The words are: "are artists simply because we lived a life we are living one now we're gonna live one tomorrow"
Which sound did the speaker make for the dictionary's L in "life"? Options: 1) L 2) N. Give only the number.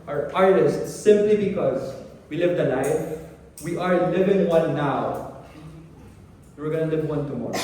2